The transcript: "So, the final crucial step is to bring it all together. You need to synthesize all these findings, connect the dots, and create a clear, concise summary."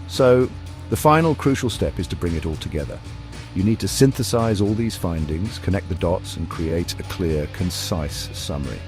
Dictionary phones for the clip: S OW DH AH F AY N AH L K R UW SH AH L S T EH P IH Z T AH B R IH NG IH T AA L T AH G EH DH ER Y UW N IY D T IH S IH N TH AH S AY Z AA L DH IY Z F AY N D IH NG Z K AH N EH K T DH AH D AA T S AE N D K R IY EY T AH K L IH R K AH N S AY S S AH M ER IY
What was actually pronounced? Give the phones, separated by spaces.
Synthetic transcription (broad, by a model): S OW DH AH F AY N L K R UW SH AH L S T EH P IH Z T AH B R IH NG IH T AA L T AH G EH DH ER Y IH N IY D T IH S IH N TH AH S AY Z AA L DH IY Z F AY N D IH NG Z K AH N EH K DH AH D AA T S N K R IY EY T AH K L IH R K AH N S AY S S AH M ER IY